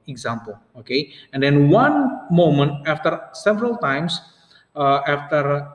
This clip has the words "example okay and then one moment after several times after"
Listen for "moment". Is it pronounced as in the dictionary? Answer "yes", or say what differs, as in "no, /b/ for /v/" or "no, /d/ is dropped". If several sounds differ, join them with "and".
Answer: yes